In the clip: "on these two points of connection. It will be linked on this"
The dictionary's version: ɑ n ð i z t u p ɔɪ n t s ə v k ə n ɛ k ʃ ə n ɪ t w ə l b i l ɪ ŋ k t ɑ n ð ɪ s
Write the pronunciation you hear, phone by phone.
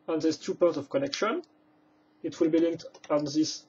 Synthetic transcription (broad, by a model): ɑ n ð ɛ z t u p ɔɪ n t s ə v k ə n ɛ k ʃ ə n ɪ t w ə l b i l ɪ ŋ k t ɑ n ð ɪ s